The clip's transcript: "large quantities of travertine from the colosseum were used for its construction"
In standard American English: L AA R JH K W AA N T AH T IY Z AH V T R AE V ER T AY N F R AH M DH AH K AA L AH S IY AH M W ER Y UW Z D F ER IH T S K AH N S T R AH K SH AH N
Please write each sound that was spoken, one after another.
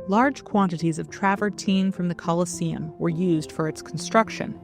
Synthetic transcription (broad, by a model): L AA R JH K W AA N T AH T IY Z AH V T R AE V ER T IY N F R AH M DH AH K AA L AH S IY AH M W ER Y UW Z D F ER IH T S K N S T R AH K SH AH N